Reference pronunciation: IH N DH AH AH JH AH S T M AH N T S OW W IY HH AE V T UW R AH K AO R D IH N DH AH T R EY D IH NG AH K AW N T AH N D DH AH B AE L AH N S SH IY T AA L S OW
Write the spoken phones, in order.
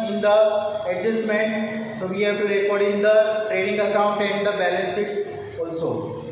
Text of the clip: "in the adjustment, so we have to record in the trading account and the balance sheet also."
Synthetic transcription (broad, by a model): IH N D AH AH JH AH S M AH N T S OW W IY HH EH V T UW R AH K AO R D IH N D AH T R EY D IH NG AH K AW N T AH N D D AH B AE L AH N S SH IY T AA L S OW